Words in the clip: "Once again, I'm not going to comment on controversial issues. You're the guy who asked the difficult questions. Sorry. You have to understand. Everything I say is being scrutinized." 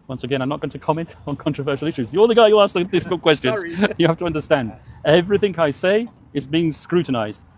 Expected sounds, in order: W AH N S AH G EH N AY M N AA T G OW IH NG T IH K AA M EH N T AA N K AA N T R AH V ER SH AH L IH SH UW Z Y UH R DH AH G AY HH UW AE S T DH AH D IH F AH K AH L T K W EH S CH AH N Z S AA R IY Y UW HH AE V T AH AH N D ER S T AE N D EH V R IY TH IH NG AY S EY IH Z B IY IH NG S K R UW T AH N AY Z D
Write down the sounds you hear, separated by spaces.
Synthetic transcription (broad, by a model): W AH N S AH G EH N AY M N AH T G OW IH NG T IH K AA M EH N T N K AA N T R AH V ER SH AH L IH SH UW Z Y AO L DH AH G AY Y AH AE S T DH AH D IH F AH K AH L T K W EH S CH AH N Z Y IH HH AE F T AH AH N D ER S T AE N D EH V R IY TH IH NG AY S EY IH Z B IY IH NG S K R UW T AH N AY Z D